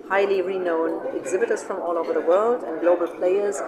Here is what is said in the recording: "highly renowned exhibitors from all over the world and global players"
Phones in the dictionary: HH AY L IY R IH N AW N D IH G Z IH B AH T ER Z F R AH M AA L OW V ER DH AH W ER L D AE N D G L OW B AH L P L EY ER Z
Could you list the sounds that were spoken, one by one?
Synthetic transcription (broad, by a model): HH AY L IY R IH N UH N IH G Z IH B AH T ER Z F R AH M AA L OW V ER DH AH W ER L D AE N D G L OW B AH L P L EY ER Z